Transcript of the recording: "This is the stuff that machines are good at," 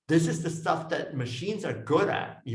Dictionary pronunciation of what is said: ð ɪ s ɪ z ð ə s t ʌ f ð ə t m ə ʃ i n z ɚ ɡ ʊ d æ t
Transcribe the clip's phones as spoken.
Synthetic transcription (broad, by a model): ð ɪ s ɪ z ð ə s t ʌ f ð ə t m ə ʃ i n z ɚ ɡ ʊ d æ t